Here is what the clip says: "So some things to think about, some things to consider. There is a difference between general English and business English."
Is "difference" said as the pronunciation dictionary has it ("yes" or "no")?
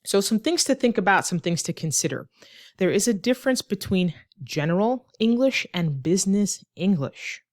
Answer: yes